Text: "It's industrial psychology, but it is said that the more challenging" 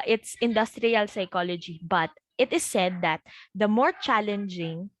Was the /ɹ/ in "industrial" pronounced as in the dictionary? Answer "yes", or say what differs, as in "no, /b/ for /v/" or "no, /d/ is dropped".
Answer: yes